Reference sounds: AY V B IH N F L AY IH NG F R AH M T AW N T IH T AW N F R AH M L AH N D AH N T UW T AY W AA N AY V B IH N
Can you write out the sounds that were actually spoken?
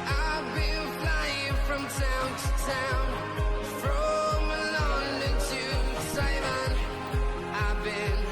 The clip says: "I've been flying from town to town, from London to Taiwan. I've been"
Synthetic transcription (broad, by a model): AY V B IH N F L AY IH NG F R AH M T AW N T IH T AW N F R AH M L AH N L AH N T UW S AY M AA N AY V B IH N